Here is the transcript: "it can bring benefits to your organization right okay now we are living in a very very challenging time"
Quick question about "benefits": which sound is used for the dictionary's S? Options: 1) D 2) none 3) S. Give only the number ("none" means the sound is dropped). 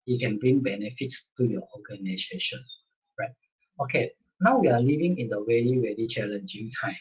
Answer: 3